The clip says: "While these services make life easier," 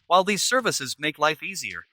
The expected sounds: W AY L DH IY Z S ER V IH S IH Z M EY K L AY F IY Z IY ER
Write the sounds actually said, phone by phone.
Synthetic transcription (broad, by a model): W AY L DH IY Z S ER V IH S IH Z M EY K L AY F IY Z IY ER